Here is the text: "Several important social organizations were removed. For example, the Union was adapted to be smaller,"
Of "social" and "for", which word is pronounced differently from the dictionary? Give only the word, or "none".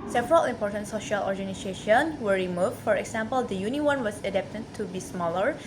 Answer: none